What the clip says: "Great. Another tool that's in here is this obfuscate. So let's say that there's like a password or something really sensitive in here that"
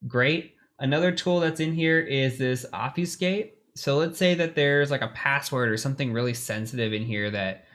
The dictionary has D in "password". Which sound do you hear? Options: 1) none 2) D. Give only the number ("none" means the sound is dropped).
2